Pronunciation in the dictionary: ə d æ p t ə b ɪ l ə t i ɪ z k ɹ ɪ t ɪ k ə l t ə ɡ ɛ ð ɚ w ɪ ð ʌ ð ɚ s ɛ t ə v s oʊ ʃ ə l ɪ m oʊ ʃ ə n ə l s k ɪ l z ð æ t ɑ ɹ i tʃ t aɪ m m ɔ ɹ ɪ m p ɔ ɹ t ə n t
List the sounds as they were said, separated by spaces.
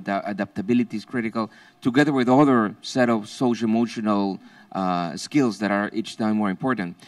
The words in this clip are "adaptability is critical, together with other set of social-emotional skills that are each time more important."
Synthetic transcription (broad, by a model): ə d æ p t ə b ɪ l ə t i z k ɹ ɪ t ɪ k ə l t ə ɡ ɛ ð ɚ w ɪ ð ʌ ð ɚ s ɛ t ə v s oʊ ə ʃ ɪ m oʊ ʃ ə n ə l s k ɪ l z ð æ t ɑ ɹ i tʃ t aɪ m m ɔ ɹ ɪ m p ɔ ɹ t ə n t